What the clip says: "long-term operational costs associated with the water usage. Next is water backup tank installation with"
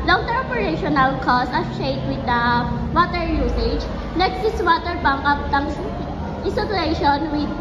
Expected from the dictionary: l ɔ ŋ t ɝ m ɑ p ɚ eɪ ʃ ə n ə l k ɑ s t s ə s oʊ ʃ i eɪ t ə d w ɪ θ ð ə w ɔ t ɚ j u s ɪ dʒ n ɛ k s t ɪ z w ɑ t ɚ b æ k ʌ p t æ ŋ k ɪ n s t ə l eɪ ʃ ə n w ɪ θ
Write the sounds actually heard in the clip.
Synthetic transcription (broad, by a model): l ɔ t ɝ ɑ p ɚ eɪ ʃ ə n ə l k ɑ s s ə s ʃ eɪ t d w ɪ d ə w ɔ t ɚ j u s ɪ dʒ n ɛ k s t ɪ s w ɑ t ɚ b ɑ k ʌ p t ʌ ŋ ɪ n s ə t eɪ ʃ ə n w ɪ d